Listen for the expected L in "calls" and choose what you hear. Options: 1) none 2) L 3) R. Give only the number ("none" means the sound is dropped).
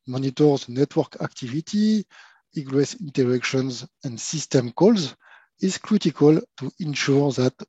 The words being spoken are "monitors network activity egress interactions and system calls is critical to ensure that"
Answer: 2